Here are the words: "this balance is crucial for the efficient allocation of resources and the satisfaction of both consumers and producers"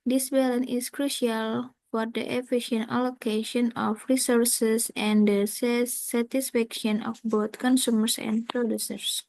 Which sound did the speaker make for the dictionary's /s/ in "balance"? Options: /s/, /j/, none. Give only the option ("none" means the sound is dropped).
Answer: none